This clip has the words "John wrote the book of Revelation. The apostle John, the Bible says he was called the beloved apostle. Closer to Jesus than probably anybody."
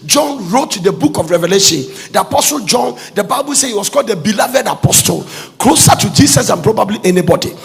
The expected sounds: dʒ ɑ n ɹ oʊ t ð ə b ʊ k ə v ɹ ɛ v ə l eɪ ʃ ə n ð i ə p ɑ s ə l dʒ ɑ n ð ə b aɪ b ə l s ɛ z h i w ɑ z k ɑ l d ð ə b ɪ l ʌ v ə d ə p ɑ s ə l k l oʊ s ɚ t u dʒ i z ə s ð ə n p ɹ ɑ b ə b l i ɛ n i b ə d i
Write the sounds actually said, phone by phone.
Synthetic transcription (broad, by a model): dʒ ɑ n ɹ oʊ t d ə b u k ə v ɹ ɛ v ə l eɪ ʃ ə n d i ə p ɑ s ə l dʒ ɑ n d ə b aɪ b ə l s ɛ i w ɑ s k ɑ l d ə b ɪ l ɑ v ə d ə p ɑ s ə l k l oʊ s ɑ t u dʒ i s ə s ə n p ɹ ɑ b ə b l i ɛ n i b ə d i